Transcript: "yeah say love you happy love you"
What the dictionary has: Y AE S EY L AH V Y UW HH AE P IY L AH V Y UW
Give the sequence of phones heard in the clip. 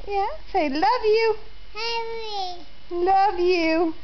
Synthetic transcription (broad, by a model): Y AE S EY L AH V Y UW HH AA IY L AH V Y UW